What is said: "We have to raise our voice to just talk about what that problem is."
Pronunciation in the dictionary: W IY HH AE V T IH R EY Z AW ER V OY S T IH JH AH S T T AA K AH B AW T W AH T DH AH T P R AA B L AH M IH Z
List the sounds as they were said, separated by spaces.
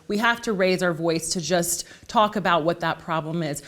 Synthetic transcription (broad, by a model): W IY HH AE F T IH R EY Z AW ER V OY S T IH JH AH S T T AA K AH B AW T W AH T DH AH T P R AA B L AH M IH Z